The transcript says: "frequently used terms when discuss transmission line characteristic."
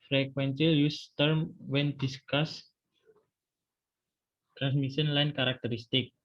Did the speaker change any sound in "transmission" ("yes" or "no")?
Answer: yes